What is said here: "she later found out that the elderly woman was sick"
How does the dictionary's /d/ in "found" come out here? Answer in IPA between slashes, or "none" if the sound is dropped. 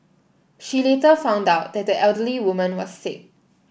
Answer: /d/